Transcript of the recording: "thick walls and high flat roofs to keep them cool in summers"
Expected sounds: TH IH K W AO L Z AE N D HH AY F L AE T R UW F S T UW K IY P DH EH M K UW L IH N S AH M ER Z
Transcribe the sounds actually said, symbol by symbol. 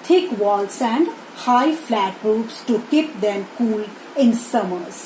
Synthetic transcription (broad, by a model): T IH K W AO L S AE N D HH AY F L AE T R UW P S T UW K IY P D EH M K UW L IH N S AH M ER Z